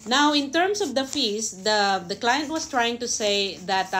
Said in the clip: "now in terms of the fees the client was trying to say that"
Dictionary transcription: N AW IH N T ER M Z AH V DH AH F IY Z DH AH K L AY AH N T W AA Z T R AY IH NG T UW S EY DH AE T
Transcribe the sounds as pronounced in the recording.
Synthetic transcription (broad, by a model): N AW IH N T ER M S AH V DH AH F IY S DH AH K L AY AH N T W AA S T R AY IH NG T UW S EY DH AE T